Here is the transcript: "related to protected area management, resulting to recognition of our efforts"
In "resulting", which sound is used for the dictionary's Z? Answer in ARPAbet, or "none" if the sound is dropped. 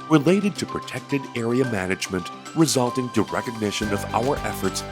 Z